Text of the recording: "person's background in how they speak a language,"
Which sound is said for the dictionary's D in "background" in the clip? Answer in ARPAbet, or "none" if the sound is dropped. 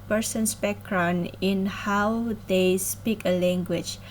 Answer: none